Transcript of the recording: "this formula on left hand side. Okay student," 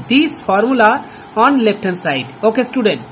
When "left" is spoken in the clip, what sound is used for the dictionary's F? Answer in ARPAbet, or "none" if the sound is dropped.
P